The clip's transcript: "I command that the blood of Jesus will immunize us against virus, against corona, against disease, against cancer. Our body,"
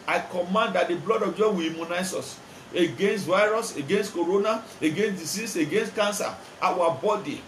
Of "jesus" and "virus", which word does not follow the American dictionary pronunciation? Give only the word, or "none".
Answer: jesus